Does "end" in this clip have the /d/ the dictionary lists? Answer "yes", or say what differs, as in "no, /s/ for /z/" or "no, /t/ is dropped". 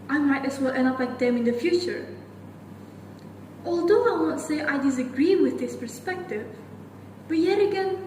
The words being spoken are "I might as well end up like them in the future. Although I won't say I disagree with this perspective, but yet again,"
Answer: no, /d/ is dropped